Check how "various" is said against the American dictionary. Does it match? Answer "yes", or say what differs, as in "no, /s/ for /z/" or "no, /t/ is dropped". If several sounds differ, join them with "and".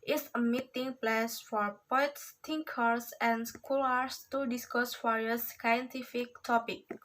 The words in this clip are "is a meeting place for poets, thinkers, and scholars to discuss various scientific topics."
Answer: no, /f/ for /v/